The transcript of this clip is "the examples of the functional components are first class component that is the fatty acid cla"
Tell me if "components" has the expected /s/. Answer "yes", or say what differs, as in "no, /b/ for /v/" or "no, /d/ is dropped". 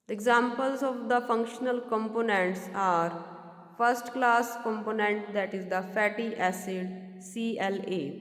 yes